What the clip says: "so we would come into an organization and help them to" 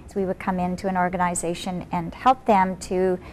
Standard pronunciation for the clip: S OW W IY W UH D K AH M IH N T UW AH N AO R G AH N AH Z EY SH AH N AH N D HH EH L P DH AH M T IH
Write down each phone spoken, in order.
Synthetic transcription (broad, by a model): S W IY W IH D K AH M IH N T UW AH N AO R G AH N AH Z EY SH AH N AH N HH EH L P DH AH M T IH